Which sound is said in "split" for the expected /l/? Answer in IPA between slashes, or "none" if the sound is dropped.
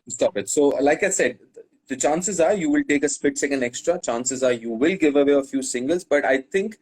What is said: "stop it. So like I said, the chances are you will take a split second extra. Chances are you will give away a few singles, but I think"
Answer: none